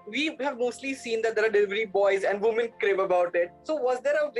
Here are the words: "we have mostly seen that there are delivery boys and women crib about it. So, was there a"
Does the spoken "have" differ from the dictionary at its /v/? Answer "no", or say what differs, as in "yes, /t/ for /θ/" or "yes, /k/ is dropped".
no